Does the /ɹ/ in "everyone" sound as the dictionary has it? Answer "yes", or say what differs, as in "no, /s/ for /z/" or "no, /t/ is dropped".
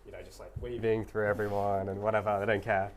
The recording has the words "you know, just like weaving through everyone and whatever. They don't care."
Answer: yes